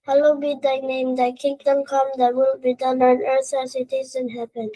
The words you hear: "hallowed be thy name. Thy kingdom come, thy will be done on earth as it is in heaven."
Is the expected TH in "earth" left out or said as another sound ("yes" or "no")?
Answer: yes